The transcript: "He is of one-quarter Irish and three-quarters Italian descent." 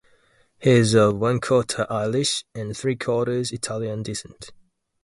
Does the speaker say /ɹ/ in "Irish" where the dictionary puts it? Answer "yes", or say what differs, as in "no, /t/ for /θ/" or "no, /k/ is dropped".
no, /l/ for /ɹ/